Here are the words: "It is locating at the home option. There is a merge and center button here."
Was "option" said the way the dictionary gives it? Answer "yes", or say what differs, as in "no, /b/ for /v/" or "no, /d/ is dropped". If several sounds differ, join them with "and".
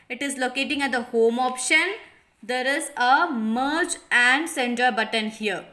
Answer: yes